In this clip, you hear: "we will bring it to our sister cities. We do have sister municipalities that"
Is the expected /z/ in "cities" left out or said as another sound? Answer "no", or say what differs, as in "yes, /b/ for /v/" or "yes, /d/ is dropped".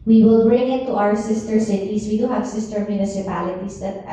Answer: yes, /s/ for /z/